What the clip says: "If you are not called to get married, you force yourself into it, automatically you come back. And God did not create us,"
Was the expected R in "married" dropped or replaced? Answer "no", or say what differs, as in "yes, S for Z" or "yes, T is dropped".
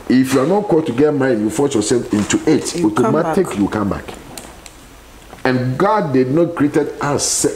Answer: yes, R is dropped